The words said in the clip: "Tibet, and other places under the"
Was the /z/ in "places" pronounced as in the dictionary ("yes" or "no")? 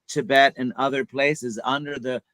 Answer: yes